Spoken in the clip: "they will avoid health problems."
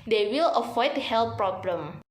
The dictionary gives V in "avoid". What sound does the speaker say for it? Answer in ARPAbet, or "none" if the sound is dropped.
F